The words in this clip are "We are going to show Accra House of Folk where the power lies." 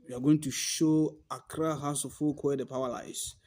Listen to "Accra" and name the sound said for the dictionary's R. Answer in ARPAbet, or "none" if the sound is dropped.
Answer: R